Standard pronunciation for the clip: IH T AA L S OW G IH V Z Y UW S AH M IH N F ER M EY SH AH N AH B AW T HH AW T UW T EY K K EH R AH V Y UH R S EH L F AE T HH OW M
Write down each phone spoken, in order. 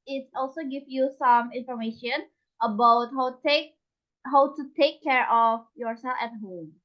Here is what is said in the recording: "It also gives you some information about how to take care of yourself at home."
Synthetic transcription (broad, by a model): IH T AA L S OW G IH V Y UW S AH M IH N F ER M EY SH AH N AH B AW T HH AW T UW T EY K K EH R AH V Y UH R S EH L F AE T HH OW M